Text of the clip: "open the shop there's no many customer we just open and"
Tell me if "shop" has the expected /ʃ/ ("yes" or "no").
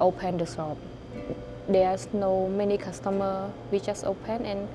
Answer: no